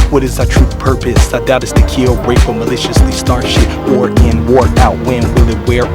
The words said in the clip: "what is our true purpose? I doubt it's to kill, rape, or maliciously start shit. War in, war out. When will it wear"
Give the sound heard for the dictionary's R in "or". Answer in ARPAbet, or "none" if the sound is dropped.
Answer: L